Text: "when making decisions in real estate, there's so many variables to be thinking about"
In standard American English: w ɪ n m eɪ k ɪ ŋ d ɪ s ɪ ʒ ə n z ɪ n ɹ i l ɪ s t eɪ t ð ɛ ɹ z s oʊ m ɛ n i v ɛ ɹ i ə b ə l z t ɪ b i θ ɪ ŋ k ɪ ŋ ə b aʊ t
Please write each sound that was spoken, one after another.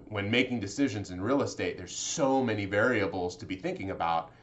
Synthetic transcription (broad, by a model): w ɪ n m eɪ k ɪ ŋ d ɪ s ɪ ʒ ə n z ɪ n ɹ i l ɪ s t eɪ t ð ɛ ɹ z s oʊ m ɛ n i v ɛ ɹ i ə b l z t ɪ b i θ ɪ ŋ k ɪ ŋ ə b aʊ t